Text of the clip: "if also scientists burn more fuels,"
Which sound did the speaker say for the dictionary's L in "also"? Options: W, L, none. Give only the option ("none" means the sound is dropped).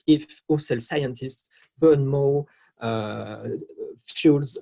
none